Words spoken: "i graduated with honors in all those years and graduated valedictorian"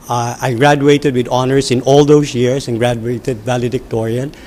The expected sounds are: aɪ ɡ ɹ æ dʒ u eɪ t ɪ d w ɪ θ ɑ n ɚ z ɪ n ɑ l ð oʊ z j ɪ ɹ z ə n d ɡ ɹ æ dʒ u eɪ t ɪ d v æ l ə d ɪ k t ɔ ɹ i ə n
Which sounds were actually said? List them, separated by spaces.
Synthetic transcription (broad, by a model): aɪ ɡ ɹ æ dʒ u eɪ t ɪ d w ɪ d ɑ n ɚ s ɪ n ɑ l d oʊ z j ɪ ɹ s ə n ɡ ɹ æ dʒ u eɪ t ɪ d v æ l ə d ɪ k t ɔ ɹ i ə n